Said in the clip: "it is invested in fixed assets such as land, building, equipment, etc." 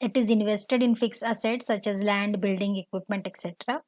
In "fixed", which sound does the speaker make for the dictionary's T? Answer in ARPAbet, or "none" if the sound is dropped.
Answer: none